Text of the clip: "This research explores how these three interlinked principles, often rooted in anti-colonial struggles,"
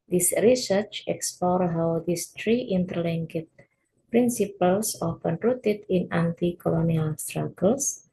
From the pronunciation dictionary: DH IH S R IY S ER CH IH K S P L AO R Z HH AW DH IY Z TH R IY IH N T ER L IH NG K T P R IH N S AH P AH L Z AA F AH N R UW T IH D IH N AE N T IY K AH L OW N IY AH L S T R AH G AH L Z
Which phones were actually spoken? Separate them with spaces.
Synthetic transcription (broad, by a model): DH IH S R IY S ER CH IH K S P L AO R HH AW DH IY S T R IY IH N T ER L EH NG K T P R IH N S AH P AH L S AA F AH N R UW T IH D IH N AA N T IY K AH L OW N IY AH L S T R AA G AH L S